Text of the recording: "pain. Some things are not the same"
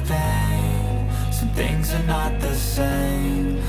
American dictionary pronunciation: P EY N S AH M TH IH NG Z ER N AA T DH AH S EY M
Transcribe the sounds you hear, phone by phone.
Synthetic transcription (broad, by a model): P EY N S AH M TH IH NG Z ER N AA T DH AH S EY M